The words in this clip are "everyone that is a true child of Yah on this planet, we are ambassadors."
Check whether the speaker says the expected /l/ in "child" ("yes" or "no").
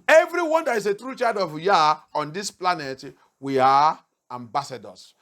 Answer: no